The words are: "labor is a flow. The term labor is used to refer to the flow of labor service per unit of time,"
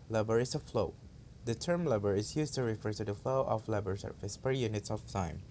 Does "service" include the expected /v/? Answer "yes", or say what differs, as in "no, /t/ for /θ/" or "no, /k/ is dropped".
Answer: no, /f/ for /v/